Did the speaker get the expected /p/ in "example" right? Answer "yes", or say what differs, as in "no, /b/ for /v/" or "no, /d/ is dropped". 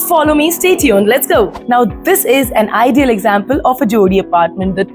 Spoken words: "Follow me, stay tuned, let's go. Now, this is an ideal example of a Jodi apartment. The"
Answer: yes